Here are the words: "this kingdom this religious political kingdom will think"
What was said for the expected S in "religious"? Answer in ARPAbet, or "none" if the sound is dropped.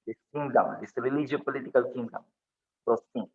none